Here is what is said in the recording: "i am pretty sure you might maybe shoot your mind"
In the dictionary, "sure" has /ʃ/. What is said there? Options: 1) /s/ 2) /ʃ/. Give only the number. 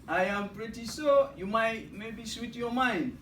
1